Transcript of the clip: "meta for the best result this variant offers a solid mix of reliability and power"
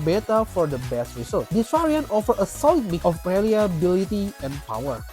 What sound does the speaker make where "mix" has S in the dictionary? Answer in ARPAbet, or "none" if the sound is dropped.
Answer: none